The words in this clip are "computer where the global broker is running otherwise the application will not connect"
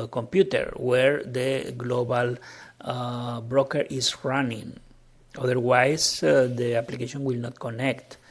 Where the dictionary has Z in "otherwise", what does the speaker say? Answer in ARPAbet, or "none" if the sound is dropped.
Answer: S